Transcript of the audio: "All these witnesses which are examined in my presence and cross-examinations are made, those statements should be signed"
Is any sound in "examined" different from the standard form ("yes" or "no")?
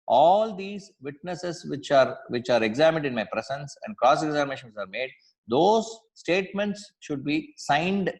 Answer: no